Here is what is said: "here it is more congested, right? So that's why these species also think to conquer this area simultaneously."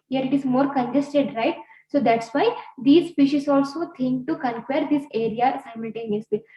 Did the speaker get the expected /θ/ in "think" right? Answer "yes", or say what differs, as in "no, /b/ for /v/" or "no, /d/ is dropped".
no, /t/ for /θ/